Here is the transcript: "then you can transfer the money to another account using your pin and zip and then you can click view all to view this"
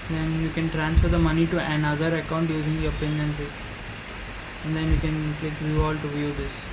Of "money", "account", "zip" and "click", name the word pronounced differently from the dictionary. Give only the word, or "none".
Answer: zip